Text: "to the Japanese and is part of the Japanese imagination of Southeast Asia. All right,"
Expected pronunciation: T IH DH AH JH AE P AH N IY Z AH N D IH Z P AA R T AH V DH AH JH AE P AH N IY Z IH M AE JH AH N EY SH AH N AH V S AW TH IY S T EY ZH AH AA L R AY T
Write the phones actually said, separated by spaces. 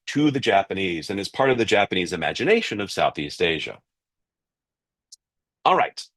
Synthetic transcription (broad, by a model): T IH DH AH JH AE P AH N IY Z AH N IH Z P AA R T AH V DH AH JH AE P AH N IY Z IH M AE JH AH N EY SH AH N AH V S AW TH IY S T EY ZH AH AA L R AY T